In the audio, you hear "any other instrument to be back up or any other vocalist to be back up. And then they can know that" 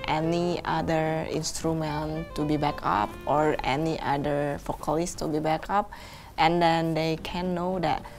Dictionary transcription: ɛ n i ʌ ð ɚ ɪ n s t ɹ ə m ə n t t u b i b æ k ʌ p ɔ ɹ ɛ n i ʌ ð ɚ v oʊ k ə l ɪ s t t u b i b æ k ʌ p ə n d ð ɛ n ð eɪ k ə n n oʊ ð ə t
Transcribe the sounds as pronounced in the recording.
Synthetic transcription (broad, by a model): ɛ n i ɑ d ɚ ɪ n s t ɹ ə m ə n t t u b i b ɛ k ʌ p ɔ ɹ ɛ n i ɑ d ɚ f oʊ k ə l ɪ s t t u b i b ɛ k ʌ p ə n d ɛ n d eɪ k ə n n oʊ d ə t